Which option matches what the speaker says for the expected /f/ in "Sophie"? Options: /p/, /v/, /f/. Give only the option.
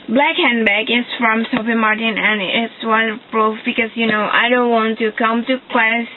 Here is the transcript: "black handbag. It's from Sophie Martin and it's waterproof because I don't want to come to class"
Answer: /p/